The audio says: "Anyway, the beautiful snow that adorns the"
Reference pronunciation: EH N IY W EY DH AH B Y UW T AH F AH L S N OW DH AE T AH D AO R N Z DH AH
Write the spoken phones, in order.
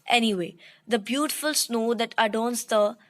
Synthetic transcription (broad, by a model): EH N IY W EY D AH B Y UW T AH F AH L S N OW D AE T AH D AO N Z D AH